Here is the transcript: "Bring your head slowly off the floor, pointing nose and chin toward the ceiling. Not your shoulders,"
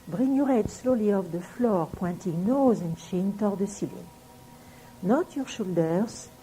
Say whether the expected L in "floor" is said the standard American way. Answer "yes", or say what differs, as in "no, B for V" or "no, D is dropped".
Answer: yes